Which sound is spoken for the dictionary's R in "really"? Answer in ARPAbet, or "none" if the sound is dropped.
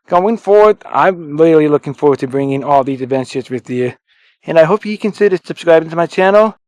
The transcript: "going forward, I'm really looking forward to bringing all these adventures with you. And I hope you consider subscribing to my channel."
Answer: L